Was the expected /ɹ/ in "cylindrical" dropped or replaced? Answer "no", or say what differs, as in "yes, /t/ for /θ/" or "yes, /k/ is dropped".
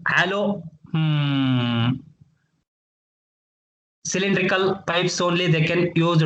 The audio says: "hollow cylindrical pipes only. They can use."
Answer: no